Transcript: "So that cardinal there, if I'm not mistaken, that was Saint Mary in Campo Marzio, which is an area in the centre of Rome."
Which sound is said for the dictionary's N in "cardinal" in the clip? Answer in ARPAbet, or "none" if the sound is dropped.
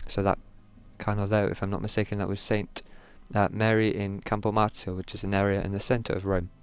none